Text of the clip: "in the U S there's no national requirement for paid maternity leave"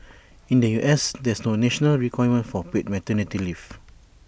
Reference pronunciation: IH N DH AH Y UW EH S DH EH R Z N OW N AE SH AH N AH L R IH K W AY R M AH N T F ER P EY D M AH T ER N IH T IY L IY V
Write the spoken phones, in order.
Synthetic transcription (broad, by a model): IH N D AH Y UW EH S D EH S N OW N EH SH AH N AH L R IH K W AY M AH N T F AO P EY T M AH T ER N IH T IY L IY F